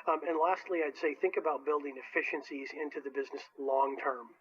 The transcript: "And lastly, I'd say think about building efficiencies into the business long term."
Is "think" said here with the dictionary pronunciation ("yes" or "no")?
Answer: yes